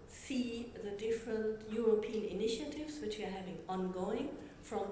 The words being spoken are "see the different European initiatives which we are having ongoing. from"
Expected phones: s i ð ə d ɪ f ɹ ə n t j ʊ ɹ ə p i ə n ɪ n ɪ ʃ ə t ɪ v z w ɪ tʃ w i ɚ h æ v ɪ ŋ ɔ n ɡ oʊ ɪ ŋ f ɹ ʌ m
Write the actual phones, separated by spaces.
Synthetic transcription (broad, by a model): s i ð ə d ɪ f ɹ ə n t j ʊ ɹ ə p i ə n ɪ n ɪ ʃ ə t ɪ v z w ɪ tʃ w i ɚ h æ v ɪ ŋ ɔ n ɡ oʊ ɪ ŋ f ɹ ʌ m